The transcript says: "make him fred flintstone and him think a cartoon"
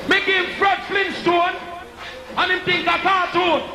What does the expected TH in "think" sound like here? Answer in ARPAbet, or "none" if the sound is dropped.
T